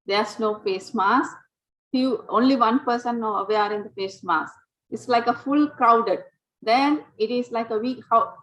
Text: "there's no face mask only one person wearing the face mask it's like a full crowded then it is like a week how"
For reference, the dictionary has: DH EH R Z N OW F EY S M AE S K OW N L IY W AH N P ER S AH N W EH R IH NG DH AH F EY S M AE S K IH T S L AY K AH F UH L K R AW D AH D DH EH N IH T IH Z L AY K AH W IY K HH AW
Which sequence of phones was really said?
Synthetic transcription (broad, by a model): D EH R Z N OW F EY S M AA S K OW N L IY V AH N P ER S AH N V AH R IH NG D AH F EY S M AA S IH T S L AY K AH F UH L K R AW D AH D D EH N IH T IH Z L AY K AH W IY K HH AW